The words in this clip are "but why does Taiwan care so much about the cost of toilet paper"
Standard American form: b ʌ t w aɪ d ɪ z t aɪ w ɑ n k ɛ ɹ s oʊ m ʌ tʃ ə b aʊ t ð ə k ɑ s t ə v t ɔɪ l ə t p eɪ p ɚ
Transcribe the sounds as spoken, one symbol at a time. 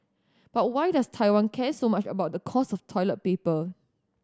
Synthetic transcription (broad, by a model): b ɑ t w aɪ d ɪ s t aɪ w ɑ n k ɛ s oʊ m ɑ tʃ ə b aʊ t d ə k ɑ s ə f t ɔɪ l ə t p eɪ p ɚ